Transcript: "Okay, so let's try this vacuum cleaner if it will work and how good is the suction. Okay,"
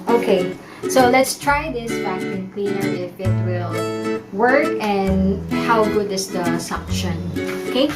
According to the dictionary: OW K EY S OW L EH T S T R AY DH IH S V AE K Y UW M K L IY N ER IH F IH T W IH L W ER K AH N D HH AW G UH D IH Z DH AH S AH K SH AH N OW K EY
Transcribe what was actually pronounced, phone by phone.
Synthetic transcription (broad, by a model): OW K EY S OW L EH T S T R AY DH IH S B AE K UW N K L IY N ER IH F IH T W IH L W ER K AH N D HH AW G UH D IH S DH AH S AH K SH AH N OW K EY